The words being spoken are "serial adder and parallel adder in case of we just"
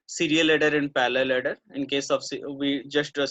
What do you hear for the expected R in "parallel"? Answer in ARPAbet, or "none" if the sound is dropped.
L